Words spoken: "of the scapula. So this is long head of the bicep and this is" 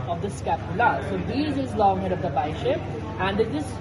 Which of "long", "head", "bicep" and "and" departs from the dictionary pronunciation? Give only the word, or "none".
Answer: bicep